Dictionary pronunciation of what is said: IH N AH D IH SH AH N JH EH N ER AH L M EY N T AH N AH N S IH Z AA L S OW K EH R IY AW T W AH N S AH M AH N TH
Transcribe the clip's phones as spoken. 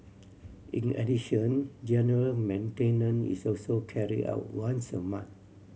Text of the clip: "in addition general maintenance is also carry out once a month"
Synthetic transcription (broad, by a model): IH N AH D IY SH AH N JH EH N ER AH L M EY N T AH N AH N IH S AA L S OW K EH R IY AW T W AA N S AH M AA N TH